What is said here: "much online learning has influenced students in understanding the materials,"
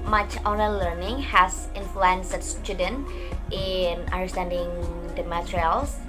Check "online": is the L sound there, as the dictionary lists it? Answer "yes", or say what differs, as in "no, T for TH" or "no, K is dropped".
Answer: no, L is dropped